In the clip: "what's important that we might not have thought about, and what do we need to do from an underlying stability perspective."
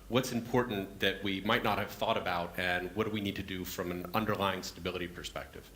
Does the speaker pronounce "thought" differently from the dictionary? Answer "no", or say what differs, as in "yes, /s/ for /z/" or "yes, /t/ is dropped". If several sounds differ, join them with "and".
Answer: no